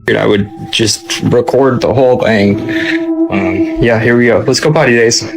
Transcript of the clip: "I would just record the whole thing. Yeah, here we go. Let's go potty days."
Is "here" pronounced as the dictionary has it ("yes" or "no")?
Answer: yes